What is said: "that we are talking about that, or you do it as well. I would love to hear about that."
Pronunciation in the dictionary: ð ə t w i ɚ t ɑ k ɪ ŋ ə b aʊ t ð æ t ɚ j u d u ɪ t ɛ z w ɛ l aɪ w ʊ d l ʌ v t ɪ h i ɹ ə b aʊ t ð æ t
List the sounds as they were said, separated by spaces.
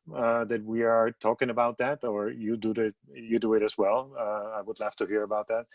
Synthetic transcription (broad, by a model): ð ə t w i ɚ t ɑ k ɪ ŋ ə b aʊ t ð æ t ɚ j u d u ɪ t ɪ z w ɛ l aɪ w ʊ d l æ f t ɪ h i ɹ ə b aʊ t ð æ t